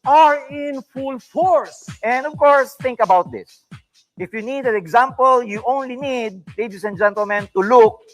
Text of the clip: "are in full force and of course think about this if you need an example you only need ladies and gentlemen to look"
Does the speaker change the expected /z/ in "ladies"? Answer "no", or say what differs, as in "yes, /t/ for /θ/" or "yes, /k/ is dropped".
yes, /s/ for /z/